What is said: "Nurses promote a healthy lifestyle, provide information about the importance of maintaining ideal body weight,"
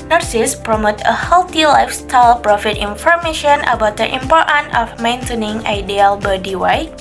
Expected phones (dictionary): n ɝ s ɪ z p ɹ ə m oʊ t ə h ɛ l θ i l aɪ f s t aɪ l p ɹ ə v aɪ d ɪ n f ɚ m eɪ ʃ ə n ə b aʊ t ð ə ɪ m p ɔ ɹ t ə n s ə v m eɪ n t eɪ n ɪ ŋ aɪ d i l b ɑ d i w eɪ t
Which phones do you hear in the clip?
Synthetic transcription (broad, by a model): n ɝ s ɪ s p ɹ ə m oʊ t ə h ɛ l t i l aɪ f s t aɪ l p ɹ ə f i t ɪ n f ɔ m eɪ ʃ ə n ə b aʊ t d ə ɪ m p ɔ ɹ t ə n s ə f m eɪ n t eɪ n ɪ ŋ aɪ d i l b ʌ d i w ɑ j